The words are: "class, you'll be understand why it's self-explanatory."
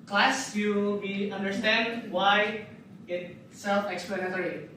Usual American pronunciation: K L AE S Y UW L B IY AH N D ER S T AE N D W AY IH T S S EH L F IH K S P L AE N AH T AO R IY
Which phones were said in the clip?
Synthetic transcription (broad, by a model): K L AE S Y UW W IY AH N D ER S T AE N D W AY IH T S S EH L F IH K S P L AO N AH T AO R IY